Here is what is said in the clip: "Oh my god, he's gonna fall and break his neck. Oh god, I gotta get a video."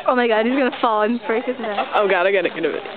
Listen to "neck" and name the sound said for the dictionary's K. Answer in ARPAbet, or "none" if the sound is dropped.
none